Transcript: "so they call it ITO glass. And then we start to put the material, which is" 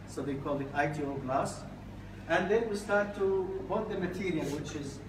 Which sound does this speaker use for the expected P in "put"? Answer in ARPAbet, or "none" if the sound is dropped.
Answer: B